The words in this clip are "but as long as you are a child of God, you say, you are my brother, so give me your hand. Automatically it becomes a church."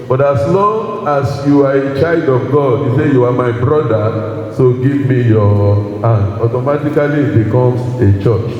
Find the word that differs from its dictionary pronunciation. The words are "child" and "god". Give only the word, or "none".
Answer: none